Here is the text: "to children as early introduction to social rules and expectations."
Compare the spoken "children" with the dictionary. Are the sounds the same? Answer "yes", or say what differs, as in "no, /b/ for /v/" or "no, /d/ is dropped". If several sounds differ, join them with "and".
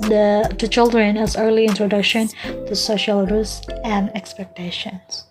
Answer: yes